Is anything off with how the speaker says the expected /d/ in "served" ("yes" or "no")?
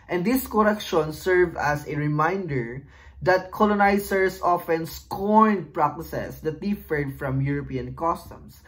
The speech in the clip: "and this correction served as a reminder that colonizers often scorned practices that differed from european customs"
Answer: yes